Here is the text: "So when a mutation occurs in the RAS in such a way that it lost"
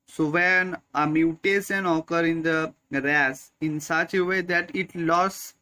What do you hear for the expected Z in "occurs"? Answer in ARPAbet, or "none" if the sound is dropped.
none